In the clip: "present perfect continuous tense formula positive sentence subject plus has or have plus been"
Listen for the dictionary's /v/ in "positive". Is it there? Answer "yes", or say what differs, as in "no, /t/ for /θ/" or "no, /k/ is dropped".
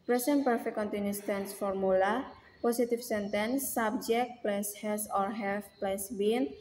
no, /f/ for /v/